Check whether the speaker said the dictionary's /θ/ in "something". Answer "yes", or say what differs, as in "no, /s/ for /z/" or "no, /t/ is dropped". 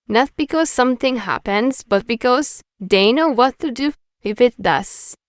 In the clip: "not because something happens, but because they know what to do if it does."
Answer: no, /t/ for /θ/